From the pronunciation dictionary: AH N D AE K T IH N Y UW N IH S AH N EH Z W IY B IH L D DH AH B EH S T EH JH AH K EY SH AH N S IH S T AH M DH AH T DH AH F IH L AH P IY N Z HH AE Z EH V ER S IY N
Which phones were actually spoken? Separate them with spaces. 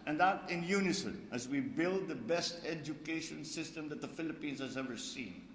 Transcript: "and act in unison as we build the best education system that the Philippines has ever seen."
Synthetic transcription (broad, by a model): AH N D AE T IH N Y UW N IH S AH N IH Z W IY B IH L D DH AH B EH S T EH JH AH K EY SH AH N S IH S T AH M DH AH T DH AH F IH L AH P IY N Z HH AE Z EH V ER S IY N